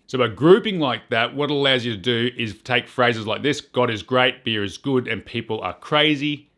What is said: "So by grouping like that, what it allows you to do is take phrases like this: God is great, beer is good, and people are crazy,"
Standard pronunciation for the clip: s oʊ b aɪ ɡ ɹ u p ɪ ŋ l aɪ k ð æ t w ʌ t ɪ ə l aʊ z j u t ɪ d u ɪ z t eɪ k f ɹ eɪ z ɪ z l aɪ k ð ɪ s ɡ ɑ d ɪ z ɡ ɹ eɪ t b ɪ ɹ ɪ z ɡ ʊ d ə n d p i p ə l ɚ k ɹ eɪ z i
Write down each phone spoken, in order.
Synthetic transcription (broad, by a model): s oʊ b aɪ ɡ ɹ u p ɪ ŋ l aɪ k ð æ t w ʌ t ə l aʊ z j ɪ t ɪ d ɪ ɪ z t eɪ k f ɹ eɪ z ɪ z l aɪ k ð ɪ s ɡ ɑ d ɪ z ɡ ɹ eɪ t b ɪ ɹ ɪ z ɡ ʊ d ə n p i p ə l ɚ k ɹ eɪ z i